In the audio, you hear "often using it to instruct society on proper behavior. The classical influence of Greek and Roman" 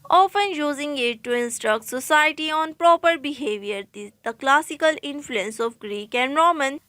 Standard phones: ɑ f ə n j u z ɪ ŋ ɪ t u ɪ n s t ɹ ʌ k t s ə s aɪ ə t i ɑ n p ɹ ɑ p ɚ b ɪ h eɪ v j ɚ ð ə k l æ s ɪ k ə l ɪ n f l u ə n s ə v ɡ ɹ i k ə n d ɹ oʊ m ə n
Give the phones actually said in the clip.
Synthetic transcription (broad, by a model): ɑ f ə n j u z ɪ ŋ ɪ t u ɪ n s t ɹ ʌ k t s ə s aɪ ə t i ɑ n p ɹ ɑ p ɚ b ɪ h eɪ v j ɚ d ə k l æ s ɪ k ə l ɪ n f l u ə n s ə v ɡ ɹ i k ə n d ɹ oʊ m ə n